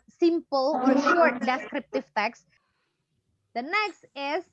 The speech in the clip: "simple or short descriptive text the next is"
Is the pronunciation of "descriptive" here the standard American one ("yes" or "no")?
yes